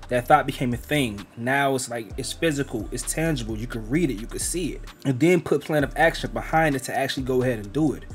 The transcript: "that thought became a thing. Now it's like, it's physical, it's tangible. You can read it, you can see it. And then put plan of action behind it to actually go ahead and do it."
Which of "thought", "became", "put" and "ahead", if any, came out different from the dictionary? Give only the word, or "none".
none